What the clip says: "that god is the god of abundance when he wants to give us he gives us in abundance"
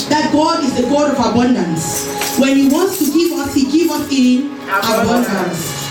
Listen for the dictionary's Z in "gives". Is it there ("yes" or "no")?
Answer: no